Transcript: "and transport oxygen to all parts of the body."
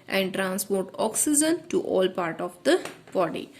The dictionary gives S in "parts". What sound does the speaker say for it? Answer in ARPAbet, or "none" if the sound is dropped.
none